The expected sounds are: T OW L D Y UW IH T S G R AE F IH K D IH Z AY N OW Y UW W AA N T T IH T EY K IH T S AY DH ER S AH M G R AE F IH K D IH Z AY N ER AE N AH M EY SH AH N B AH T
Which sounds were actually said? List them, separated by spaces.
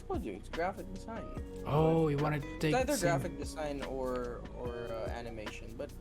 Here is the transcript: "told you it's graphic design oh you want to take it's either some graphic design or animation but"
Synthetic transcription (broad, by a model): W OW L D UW IH T S G R AE F IH K D IH Z AY N OW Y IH W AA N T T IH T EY IH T AY DH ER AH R G R AE F IH K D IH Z AY N ER AE N AH M EY SH AH N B AH T